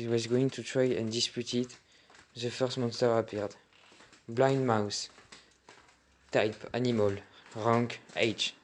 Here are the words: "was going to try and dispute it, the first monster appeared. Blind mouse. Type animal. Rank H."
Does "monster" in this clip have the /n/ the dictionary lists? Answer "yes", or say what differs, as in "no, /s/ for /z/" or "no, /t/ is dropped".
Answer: yes